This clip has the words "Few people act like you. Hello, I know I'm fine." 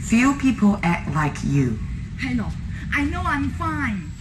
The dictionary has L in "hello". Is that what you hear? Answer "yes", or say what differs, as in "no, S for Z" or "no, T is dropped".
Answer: no, N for L